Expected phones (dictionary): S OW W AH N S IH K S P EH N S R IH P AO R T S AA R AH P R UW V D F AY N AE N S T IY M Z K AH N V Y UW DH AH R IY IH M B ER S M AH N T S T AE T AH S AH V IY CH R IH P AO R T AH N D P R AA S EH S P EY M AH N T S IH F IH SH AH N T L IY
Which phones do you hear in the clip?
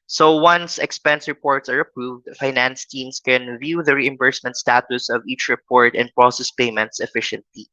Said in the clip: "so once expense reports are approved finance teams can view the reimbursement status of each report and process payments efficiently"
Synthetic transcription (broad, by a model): S OW W AH N S IH K S P EH N S R IH P AO R T S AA R AH P R UW V D F AY N AE N S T IY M S K AH N V Y UW DH AH R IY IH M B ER S M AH N T S T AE T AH S AH V IY CH R IH P AO R T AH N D P R AA S EH S P EY M AH N T S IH F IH SH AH N T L IY